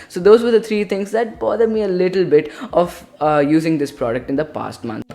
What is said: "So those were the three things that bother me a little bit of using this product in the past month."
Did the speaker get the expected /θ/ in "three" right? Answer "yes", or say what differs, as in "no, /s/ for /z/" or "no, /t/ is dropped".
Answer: no, /t/ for /θ/